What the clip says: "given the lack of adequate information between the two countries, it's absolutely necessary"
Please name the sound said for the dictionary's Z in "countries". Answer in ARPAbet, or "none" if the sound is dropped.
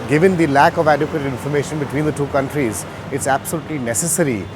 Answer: Z